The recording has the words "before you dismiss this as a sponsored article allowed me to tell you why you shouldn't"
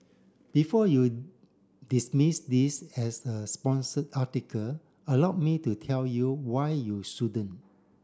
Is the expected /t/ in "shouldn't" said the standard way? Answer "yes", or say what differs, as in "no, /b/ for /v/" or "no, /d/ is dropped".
no, /t/ is dropped